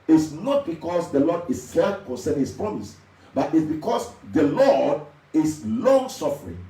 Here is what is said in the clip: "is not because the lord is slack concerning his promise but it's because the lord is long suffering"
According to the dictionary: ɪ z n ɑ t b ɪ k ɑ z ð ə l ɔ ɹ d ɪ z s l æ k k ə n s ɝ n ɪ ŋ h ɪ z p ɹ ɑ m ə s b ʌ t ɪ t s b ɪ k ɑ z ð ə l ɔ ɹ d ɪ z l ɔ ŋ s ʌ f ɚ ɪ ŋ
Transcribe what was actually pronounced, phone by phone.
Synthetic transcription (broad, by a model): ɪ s n ɑ t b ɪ k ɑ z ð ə l ɔ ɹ d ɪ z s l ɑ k k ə n s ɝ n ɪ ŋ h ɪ s p ɹ ɑ m ə s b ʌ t ɪ t s b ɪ k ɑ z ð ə l ɔ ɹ d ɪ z l ɔ ŋ s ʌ f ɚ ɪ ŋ